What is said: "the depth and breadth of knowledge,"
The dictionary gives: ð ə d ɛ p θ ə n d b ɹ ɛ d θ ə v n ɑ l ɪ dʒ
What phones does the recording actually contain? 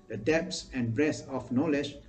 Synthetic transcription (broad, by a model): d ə d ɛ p s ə n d b ɹ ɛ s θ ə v n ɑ l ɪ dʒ